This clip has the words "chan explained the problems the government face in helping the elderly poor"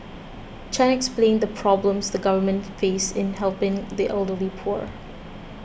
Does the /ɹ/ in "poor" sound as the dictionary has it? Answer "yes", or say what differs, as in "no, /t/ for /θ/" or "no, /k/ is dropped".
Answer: yes